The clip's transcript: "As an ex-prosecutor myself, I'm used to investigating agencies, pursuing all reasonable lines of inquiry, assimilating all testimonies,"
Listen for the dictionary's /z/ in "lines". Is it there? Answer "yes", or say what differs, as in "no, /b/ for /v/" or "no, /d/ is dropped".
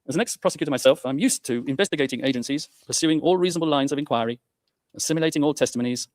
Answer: yes